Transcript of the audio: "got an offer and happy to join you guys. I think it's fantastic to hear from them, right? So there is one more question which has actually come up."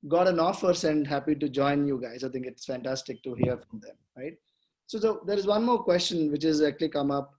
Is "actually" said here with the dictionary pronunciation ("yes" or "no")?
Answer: yes